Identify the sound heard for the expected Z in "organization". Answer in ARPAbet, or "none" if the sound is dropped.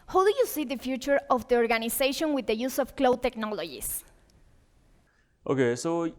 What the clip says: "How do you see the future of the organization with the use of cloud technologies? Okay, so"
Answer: S